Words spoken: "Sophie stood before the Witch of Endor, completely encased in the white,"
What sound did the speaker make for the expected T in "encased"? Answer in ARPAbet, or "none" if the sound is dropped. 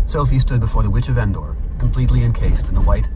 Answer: T